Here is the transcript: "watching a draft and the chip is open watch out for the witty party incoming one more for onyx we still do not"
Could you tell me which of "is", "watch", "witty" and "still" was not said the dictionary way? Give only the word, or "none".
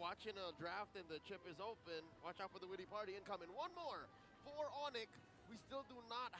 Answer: none